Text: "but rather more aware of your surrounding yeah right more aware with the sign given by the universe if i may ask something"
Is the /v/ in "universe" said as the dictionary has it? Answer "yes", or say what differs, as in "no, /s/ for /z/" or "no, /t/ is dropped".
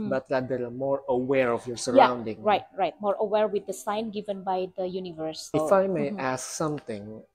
yes